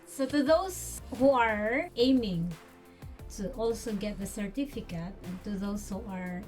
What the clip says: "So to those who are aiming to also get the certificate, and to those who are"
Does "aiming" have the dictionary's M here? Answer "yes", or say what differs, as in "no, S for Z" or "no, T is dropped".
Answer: yes